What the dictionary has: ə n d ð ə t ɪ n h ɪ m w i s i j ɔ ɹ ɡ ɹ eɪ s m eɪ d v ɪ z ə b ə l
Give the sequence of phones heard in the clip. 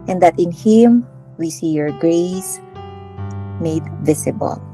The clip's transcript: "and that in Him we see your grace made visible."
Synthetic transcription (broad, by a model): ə n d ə t ɪ n h ɪ m w i s i j ɔ ɹ ɡ ɹ eɪ s m eɪ d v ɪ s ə b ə l